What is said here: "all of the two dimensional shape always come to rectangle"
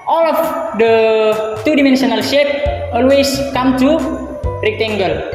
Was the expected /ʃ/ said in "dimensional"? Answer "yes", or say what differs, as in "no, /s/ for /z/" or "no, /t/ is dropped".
no, /s/ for /ʃ/